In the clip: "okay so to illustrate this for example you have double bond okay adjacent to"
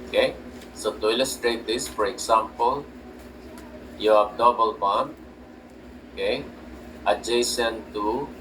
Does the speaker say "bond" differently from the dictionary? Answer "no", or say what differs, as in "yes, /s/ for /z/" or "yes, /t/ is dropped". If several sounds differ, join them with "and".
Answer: yes, /d/ is dropped